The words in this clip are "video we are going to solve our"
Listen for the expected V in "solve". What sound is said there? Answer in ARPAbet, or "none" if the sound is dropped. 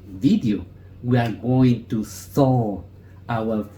none